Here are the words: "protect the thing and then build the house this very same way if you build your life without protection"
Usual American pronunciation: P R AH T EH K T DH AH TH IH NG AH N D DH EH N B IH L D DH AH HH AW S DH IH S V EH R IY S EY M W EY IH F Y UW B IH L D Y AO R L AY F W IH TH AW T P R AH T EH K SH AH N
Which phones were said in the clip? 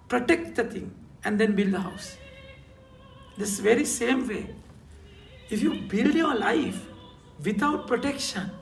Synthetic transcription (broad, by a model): P R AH T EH K T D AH T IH NG AH N D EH N B IH L D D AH HH AW S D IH S V EH R IY S EY M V EY IH F Y UW B IH L D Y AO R L AY F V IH T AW T P R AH T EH K SH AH N